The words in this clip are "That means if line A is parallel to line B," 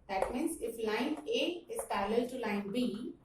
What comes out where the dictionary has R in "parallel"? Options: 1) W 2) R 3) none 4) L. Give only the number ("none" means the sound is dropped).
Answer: 4